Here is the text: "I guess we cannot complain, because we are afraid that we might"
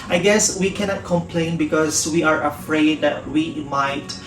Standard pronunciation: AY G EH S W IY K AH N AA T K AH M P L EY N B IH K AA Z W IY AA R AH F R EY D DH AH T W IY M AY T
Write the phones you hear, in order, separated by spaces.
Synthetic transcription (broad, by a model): AY G EH S W IY K AH N AA T K AH M P L EY N B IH K AA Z W IY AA R AH F R EY D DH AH T W IY M AY T